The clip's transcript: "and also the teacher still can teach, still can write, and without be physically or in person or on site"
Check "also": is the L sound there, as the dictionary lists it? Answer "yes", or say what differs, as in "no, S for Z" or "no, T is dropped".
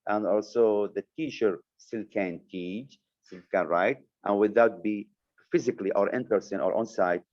yes